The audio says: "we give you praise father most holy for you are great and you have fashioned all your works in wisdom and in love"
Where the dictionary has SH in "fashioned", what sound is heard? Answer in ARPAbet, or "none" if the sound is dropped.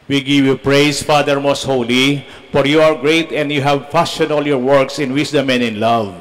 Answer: S